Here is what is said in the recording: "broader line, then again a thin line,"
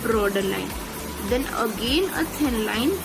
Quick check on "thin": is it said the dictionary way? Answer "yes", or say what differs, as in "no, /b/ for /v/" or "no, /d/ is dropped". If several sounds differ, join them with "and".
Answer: no, /s/ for /θ/